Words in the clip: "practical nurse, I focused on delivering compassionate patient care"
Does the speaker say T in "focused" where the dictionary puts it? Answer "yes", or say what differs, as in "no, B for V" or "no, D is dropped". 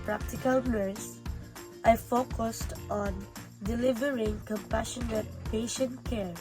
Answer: yes